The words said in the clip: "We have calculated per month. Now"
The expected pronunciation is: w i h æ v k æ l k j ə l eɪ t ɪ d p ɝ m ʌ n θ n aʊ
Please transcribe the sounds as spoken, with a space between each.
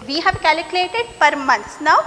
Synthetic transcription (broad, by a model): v i h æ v k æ l k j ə l eɪ t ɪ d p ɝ m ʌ n s n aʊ